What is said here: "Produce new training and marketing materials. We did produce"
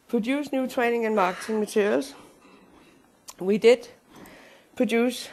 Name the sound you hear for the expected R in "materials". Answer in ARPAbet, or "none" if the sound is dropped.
none